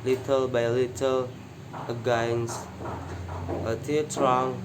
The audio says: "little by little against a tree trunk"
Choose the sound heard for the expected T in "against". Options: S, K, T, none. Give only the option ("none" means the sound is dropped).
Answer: none